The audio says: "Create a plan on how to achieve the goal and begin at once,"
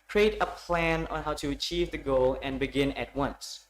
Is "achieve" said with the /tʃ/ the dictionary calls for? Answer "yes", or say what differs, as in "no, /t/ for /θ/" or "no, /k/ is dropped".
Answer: yes